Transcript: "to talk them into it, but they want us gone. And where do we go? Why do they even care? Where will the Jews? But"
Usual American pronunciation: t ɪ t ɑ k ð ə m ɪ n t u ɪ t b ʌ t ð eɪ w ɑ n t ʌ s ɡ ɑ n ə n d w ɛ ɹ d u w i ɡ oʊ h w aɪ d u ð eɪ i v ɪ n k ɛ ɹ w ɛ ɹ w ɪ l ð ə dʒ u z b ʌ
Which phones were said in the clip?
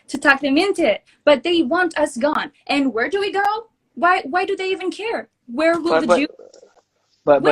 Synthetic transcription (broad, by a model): t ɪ t ɑ k ð ə m ɪ n t u ɪ t b ʌ t ð eɪ w ɑ n t ʌ s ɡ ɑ n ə n w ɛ ɹ d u w i ɡ oʊ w w aɪ d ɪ ð eɪ i v ɪ n k ɛ ɹ w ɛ ɹ w ɪ l ð ə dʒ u b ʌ